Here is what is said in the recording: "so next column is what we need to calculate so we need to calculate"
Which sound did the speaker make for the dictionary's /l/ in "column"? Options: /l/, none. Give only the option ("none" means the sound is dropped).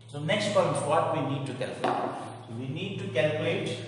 none